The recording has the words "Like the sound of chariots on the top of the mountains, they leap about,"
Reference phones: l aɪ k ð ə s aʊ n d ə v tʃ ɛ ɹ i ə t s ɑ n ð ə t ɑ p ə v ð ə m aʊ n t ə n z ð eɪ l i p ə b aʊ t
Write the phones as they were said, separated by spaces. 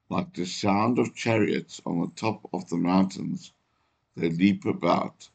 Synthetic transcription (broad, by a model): l aɪ k ð ə s aʊ n d ə v tʃ ɛ ɹ i ə t s n ð ə t ɑ p ə v ð ə m aʊ n t ə n z ð eɪ l i p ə b aʊ t